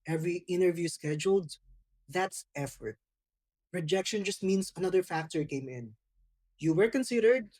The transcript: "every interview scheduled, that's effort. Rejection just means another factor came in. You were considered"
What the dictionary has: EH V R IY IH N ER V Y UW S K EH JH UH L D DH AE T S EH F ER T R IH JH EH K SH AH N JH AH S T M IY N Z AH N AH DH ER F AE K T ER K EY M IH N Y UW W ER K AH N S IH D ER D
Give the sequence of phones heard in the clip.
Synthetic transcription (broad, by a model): EH V R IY IH N ER V Y UW S K EH JH UH L D DH AE T S EH F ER T R IH JH EH K SH AH N JH AH S T M IY N S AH N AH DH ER F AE K T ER K EY M IH N Y UW W ER K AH N S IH D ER D